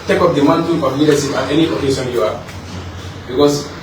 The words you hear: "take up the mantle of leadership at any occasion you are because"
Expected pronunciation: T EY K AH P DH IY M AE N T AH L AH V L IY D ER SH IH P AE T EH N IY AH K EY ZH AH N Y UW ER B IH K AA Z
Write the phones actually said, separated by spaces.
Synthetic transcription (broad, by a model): T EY K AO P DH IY M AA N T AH N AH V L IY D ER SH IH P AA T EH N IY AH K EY SH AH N Y UW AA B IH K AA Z